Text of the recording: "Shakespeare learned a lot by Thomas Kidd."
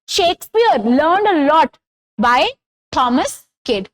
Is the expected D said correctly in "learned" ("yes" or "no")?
yes